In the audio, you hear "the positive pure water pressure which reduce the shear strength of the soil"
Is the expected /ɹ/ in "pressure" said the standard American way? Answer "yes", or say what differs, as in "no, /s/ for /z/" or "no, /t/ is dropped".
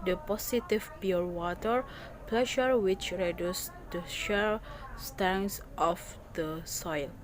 no, /l/ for /ɹ/